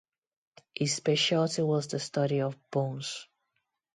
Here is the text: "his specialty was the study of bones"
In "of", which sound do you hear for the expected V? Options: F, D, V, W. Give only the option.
V